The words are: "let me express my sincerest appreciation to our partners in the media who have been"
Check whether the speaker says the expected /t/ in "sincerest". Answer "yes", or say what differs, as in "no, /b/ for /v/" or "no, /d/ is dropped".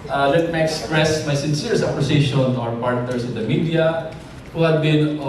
no, /t/ is dropped